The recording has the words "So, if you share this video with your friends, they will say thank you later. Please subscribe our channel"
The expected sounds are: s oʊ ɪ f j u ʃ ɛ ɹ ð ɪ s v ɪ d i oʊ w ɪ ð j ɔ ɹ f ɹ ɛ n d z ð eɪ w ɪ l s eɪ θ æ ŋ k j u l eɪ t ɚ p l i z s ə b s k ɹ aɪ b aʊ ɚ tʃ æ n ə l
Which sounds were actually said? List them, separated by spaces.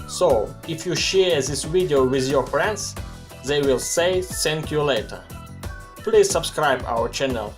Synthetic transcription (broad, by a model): s oʊ ɪ f j u ʃ ɛ ɹ ð ɪ s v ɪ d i oʊ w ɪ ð j ɔ ɹ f ɹ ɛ n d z ð eɪ w ɪ l s eɪ s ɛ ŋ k j u l eɪ t ɚ p l i z s ə b s k ɹ aɪ b aʊ ɚ tʃ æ n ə l